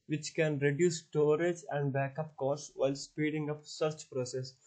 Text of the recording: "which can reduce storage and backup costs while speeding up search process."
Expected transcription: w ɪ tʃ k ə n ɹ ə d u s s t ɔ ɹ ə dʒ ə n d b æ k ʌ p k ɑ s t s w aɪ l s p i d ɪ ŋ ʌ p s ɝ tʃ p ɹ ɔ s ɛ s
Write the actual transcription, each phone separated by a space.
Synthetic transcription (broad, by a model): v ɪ tʃ k ə n ɹ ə d u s s t ɔ ɹ ə dʒ ə n d b æ k ʌ p k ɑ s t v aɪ l s p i d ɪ ŋ ʌ p s ɝ tʃ p ɹ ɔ s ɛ s